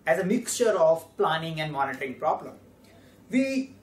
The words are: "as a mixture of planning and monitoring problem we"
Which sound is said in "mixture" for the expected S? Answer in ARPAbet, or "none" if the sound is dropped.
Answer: S